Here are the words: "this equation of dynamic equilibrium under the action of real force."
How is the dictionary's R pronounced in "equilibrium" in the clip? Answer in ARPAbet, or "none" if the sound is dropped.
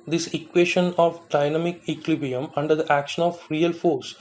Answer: none